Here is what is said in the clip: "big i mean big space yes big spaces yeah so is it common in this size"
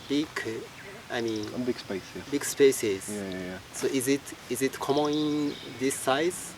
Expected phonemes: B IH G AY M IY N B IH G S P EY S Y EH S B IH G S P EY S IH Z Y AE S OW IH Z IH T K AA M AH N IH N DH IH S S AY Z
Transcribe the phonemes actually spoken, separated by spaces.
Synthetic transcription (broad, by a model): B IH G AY M IY N B IH G S P EY S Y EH B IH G S P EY S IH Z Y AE S OW IH Z IH T K AA M AH N IH N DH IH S S AY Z